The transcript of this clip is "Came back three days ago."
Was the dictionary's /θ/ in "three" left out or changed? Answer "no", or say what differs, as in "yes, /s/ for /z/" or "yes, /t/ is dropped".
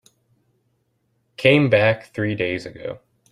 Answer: no